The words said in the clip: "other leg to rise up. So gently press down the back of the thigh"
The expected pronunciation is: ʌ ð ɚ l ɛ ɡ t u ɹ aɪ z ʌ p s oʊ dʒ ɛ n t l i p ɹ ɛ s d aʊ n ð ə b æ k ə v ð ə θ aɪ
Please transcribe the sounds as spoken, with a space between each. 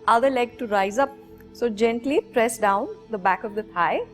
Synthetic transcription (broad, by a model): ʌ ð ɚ l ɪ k t u ɹ aɪ z ʌ p s oʊ dʒ ɛ n t l i p ɹ ɛ s d aʊ n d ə b æ k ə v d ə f aɪ